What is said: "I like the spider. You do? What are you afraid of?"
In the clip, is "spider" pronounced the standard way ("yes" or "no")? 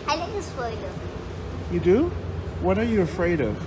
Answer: no